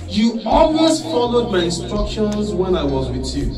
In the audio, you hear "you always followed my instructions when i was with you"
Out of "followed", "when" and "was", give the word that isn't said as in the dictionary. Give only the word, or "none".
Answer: none